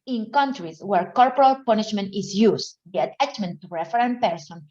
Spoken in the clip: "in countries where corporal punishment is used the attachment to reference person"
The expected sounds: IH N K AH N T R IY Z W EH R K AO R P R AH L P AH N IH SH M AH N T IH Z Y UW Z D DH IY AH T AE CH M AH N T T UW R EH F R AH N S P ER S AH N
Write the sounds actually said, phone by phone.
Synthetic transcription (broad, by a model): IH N K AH N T R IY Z W EH R K AO R P R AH L P AH N IH SH M AH N T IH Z Y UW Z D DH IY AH T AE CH M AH N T T UW R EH F R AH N P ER S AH N